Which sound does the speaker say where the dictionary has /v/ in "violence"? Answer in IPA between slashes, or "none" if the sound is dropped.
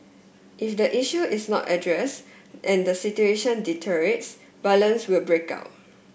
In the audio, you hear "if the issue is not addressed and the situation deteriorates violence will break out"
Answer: /b/